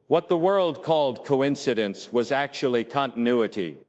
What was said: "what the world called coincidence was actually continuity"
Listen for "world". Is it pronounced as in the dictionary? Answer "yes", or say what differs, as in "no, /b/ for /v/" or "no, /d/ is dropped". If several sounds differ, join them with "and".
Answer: yes